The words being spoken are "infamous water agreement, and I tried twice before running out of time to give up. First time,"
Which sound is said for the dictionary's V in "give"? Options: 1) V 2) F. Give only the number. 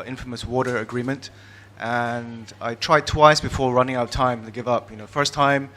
1